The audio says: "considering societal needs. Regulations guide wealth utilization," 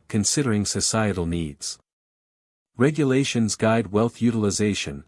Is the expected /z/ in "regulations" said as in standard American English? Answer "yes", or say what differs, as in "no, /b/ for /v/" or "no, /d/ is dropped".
yes